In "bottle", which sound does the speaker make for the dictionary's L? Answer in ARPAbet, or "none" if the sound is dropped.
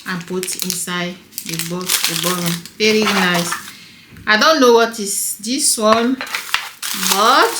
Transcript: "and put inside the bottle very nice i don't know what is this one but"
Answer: N